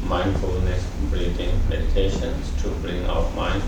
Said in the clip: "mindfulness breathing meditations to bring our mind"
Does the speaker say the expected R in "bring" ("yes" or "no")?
no